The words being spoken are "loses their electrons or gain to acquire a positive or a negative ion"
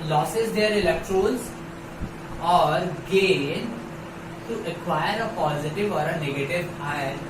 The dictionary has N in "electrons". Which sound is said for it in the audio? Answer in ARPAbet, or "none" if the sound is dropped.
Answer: L